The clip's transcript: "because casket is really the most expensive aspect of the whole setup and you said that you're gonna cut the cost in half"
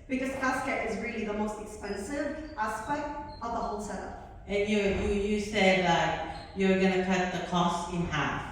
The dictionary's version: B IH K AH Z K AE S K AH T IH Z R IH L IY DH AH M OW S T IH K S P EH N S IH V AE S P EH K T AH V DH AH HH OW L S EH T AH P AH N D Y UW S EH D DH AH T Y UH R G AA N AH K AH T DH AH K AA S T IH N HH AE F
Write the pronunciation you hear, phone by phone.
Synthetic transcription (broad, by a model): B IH K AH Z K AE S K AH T IH Z R IH L IY DH AH M OW S T IH K S P EH N S IH V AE S P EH K T AH V DH AH HH OW L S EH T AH AH N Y Y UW S EH D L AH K Y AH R G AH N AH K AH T DH AH K AA S T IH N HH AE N